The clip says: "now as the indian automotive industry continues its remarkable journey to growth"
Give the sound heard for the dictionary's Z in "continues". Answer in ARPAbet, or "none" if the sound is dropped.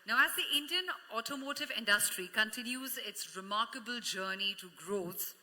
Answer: Z